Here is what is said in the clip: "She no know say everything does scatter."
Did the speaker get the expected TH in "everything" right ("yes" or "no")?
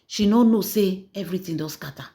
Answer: no